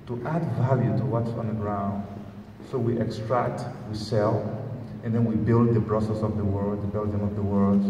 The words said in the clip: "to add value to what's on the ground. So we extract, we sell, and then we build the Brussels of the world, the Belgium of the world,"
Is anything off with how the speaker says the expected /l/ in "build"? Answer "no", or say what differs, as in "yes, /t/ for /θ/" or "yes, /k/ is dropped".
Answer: no